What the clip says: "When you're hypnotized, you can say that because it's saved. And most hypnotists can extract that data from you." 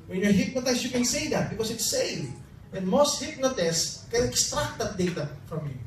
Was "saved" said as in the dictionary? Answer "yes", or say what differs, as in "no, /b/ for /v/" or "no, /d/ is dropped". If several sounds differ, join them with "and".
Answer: no, /d/ is dropped